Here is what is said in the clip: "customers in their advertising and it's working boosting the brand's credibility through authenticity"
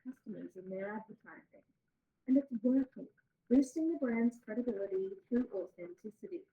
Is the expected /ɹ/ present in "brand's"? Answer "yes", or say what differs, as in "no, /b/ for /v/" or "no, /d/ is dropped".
yes